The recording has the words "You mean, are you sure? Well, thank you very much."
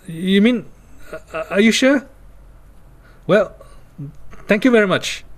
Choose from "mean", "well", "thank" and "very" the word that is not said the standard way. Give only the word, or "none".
thank